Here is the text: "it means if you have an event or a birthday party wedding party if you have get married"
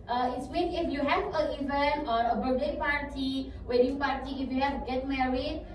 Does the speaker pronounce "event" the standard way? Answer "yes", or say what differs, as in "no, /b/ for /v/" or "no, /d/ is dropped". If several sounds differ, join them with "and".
no, /t/ is dropped